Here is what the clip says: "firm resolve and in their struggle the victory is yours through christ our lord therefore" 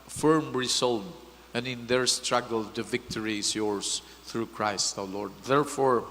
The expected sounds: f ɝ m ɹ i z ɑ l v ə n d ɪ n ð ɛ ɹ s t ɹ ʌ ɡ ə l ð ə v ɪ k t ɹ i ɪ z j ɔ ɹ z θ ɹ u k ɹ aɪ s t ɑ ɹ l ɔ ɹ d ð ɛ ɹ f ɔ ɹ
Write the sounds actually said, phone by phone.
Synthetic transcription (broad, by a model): f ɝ m ɹ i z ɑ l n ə n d ɪ n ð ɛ ɹ s t ɹ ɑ ɡ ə l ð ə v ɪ k t ɹ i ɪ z j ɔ ɹ s θ ɹ u k ɹ aɪ s t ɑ w l ɔ ɹ d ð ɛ ɹ f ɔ ɹ